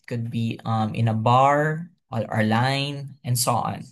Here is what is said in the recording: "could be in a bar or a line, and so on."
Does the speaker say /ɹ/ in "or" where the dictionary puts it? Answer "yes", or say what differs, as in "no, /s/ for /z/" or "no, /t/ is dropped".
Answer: no, /l/ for /ɹ/